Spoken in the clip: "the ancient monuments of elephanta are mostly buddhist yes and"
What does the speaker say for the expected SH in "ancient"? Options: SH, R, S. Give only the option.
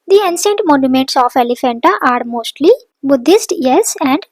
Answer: S